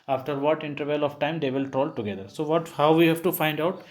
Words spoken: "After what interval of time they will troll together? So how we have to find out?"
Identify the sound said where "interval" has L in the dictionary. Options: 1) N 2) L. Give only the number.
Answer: 2